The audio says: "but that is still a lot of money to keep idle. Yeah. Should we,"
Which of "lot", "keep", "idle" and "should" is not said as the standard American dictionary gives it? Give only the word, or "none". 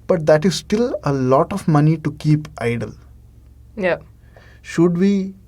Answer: none